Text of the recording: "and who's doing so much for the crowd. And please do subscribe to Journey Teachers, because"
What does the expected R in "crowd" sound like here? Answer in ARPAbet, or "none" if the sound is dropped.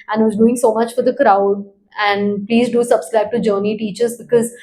R